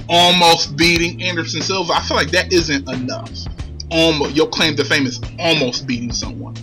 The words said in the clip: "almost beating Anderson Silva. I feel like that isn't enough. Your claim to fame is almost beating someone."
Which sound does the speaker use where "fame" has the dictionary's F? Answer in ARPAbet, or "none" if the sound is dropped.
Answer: F